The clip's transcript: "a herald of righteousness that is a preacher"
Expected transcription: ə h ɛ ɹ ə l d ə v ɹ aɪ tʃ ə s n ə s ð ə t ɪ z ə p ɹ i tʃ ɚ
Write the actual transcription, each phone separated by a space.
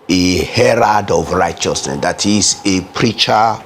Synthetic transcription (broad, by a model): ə h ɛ ɹ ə d ə v ɹ aɪ tʃ ə s n ə s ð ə t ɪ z ə p ɹ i tʃ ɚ